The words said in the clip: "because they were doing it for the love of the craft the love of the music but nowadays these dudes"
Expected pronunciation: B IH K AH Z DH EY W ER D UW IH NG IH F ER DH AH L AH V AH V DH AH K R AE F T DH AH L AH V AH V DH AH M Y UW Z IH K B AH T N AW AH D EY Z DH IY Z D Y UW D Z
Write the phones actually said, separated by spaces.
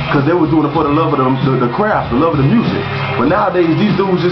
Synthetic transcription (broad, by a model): K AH Z DH EY W ER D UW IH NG IH P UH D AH L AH V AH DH DH AH K R AE F T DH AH L AH V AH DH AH M Y UW Z IH K B AH T N AW AH D EY Z DH IY Z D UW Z